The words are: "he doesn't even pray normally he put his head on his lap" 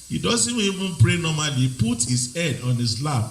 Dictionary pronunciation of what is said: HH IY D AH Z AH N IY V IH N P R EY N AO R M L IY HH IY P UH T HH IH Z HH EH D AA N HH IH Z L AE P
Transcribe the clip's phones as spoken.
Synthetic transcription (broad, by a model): HH IY D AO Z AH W IY V IH N P R EY N AO M IY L IY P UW T HH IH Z EH D AA N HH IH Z L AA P